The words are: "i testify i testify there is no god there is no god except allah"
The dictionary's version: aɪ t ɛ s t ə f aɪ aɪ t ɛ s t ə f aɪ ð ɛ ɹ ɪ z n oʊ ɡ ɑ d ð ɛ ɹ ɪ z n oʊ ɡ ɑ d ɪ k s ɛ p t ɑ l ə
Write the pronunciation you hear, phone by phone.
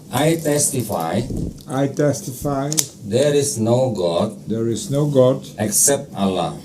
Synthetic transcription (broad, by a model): aɪ t ɛ s t ə f aɪ aɪ t ɛ s t ə f aɪ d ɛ ɹ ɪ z n oʊ ɡ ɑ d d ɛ ɹ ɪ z n oʊ ɡ ɑ d ɪ k s ɛ p t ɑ l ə